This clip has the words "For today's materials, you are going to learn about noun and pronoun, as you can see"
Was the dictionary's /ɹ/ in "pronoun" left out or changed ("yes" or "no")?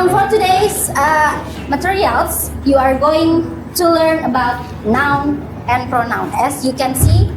no